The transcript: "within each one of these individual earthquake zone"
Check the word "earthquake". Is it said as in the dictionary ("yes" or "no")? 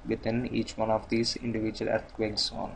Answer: no